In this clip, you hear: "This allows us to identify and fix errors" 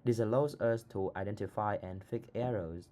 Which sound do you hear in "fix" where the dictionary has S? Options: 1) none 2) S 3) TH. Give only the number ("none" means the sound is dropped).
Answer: 1